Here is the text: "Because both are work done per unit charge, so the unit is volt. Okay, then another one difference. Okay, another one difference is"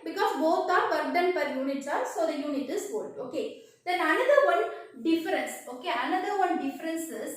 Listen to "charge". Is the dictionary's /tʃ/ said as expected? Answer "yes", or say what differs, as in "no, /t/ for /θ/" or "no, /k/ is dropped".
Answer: no, /s/ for /tʃ/